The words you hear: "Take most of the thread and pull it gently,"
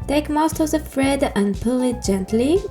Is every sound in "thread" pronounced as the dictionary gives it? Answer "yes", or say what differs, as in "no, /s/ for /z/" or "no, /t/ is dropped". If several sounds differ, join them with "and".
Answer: no, /f/ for /θ/